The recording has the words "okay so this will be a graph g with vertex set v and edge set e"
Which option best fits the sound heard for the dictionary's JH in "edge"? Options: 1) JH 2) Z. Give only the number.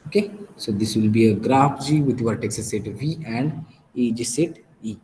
1